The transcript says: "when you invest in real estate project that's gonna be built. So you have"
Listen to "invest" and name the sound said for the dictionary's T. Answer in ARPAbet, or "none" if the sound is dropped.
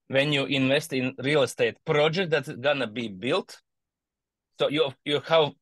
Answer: T